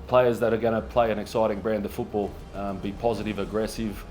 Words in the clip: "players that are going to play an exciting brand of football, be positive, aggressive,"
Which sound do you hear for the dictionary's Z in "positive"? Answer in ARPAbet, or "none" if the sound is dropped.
Z